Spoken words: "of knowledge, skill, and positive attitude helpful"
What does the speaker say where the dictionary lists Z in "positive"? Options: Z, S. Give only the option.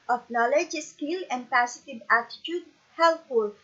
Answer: S